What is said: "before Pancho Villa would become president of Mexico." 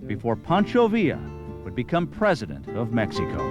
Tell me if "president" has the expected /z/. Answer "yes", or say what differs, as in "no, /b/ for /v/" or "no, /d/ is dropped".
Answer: yes